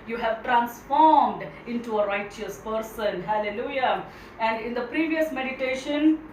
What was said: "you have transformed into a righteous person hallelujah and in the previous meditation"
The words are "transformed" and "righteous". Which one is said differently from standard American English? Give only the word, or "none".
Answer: none